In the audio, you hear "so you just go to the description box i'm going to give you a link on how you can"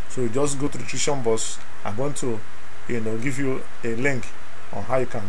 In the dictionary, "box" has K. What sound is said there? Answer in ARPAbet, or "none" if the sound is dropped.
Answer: none